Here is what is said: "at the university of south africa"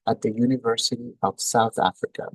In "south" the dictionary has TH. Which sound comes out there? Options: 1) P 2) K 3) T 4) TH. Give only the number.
4